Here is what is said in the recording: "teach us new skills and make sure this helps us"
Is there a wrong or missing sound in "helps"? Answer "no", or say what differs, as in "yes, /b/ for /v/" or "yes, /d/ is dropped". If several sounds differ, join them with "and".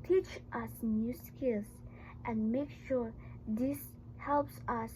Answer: no